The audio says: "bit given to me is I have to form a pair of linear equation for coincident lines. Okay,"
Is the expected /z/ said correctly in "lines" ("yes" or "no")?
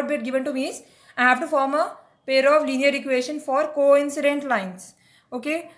no